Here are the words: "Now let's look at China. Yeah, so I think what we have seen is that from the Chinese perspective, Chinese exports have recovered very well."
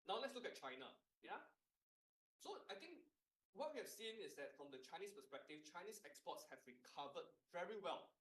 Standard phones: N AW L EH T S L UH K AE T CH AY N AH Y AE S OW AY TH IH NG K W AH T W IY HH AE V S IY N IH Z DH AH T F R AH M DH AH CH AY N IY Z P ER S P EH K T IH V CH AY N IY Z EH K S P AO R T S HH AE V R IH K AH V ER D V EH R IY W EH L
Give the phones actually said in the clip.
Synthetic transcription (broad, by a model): N AW L EH T S L UH K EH T CH AY N AH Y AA S OW AY T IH NG K W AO T W IY HH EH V S IY N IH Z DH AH T F R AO M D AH CH AY N IY S P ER S P EH K T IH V CH AY N IY S EH K S P AO T S HH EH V R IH K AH V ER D V EH R IY W EH L